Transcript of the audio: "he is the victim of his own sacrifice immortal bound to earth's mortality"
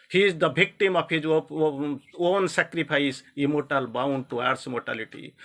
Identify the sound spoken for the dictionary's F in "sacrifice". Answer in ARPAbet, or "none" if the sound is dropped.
P